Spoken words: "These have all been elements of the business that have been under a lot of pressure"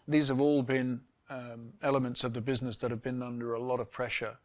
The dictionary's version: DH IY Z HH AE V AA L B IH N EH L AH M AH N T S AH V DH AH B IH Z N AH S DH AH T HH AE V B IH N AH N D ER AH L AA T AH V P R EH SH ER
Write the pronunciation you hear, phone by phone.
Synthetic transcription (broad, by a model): DH IY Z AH V AA L B IH N EH L AH M AH N T S AH V DH AH B IH Z N AH S DH AH T HH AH V B IH N AH N D ER AH L AA T AH V P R EH SH ER